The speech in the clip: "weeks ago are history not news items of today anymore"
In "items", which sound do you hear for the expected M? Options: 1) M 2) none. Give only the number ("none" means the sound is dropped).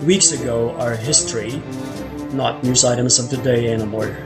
1